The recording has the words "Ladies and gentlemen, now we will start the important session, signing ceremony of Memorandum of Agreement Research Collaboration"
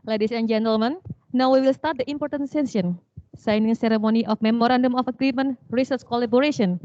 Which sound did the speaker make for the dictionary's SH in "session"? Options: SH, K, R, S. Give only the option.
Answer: S